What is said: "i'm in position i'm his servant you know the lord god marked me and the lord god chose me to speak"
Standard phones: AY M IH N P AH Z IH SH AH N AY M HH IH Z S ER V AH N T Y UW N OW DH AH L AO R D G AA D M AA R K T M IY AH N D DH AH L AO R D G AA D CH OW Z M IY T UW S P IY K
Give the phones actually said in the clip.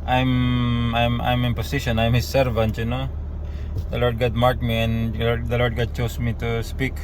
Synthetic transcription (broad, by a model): AY M IH N P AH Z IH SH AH N AY M HH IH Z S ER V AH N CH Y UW N OW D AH L AO R D G AA D M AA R T M IY AH N D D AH L AO R D G AA D CH OW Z M IY T UW S P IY K